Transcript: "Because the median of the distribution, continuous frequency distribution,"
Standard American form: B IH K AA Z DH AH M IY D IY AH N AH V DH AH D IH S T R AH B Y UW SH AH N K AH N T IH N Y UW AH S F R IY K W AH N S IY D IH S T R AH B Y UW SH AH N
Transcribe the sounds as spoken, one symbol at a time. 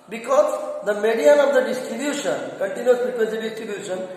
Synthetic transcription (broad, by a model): B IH K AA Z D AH M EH D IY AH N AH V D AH D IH S T R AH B Y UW SH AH N K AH N T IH N Y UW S P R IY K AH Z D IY D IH S T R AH B Y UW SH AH N